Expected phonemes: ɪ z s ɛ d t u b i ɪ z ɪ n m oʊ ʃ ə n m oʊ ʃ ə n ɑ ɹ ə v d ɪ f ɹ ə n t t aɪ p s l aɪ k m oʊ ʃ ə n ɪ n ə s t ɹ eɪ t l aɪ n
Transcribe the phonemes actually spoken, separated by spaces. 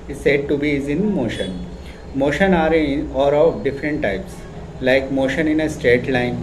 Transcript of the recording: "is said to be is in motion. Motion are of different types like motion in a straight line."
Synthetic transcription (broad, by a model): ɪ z s ɛ d t u b i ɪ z ɪ n m oʊ ʃ ə n m oʊ ʃ ə n ɑ ɹ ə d d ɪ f ɹ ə n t t aɪ p s l aɪ k m oʊ ʃ ə n ɪ n ə s t ɹ eɪ t l aɪ n